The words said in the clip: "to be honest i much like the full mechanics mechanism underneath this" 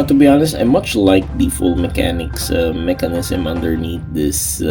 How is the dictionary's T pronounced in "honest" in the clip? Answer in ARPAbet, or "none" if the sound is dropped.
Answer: T